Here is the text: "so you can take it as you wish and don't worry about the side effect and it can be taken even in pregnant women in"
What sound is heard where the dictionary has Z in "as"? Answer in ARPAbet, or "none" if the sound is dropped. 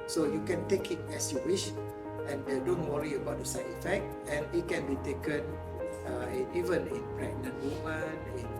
S